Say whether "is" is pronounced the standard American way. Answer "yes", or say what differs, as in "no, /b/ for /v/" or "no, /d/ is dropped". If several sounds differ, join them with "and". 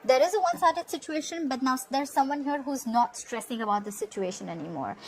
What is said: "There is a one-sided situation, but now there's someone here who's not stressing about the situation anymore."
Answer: yes